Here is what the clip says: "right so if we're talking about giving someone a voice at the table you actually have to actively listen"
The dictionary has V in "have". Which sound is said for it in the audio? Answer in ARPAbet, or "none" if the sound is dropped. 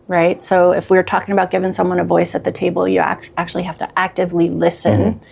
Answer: F